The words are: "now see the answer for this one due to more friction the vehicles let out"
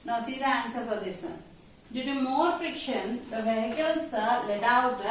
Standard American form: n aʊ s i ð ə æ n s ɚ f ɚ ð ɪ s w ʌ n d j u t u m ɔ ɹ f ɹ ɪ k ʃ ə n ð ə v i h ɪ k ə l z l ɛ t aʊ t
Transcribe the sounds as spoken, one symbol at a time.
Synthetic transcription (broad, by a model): n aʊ s i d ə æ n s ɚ p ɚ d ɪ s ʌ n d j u t u m ɔ ɹ f ɹ ɪ k ʃ ə n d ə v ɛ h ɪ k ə l s l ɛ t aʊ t